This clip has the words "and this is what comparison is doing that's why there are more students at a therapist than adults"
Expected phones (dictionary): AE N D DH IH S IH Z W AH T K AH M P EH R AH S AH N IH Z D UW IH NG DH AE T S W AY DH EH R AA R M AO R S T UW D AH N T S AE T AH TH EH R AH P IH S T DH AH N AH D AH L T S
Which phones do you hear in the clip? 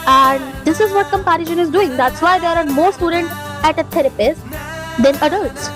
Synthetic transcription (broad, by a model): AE N D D IH S IH Z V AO T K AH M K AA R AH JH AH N IH Z D UW IH NG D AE T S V AY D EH R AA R M AO R S T UW D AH N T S AE T AH T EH R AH P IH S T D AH N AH D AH L T S